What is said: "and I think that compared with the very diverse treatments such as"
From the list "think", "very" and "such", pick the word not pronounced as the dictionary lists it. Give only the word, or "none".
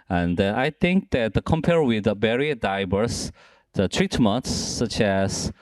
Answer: very